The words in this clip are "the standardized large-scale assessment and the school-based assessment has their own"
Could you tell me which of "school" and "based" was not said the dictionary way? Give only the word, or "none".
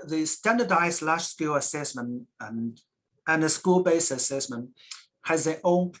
based